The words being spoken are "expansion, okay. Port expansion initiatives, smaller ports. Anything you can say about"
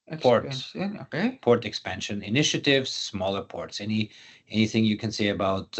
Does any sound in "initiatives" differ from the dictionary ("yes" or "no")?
no